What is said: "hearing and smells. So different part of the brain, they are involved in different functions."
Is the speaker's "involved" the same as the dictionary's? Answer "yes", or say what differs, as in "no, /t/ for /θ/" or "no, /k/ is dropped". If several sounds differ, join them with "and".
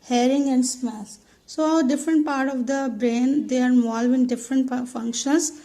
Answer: no, /d/ is dropped